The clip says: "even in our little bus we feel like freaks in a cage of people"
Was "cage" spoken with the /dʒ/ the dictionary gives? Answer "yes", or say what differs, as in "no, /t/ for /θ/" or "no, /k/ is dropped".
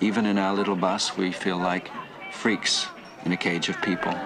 yes